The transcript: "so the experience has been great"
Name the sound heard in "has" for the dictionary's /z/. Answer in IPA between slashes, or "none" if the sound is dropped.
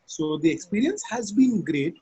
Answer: /z/